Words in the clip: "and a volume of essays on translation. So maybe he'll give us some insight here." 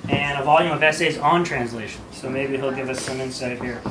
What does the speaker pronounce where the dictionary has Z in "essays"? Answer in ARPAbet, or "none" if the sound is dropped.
Z